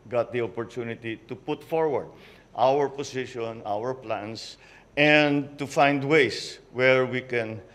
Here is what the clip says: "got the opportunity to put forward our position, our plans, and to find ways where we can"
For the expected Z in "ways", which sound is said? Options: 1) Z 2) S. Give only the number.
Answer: 2